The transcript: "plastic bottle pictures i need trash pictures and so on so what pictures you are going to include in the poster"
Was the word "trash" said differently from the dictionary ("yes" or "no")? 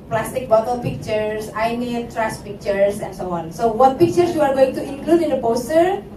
yes